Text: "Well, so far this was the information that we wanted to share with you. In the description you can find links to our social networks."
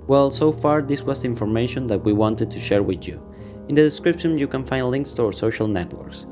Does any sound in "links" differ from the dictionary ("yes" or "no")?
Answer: no